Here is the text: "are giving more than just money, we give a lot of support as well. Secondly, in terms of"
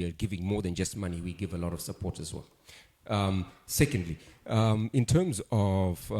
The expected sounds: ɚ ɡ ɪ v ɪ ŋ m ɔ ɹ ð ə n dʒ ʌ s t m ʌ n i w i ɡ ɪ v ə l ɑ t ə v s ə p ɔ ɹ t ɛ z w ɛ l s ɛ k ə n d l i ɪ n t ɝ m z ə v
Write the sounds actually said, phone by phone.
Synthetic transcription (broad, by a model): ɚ ɡ ɪ v ɪ ŋ m ɔ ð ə n dʒ ʌ s t m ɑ n i w i ɡ ɪ v ə l ɑ t ə v s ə p ɔ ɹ t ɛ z w ɛ l s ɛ k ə n d l i ɪ n t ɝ m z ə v